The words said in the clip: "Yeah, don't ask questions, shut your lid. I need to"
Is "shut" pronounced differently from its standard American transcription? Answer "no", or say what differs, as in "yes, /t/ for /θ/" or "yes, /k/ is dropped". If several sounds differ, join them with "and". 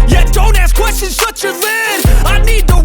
yes, /s/ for /ʃ/